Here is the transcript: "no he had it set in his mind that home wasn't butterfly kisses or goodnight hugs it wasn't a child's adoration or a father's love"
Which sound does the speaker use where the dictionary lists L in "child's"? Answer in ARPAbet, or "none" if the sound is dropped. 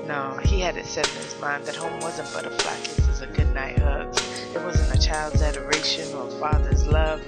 L